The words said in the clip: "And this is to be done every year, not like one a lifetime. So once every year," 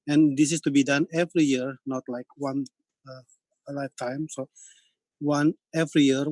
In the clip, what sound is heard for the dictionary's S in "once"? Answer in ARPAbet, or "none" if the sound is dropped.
none